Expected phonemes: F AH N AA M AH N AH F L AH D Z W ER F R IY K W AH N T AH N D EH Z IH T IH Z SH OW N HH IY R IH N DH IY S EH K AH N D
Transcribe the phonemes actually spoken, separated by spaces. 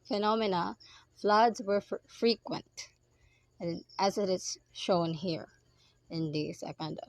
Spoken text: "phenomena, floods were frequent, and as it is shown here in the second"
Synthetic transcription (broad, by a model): F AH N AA M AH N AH F L AH D Z W ER F R IY K W AH N T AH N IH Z IH T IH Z SH OW N HH IY R IH N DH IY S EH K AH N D